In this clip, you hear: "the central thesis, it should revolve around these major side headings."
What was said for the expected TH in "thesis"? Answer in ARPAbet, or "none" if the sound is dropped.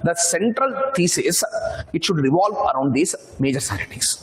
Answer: T